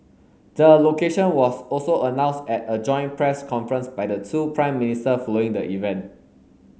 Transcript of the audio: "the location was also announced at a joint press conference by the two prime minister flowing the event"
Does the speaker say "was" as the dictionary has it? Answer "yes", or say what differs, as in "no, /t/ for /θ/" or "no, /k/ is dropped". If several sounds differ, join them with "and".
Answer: no, /s/ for /z/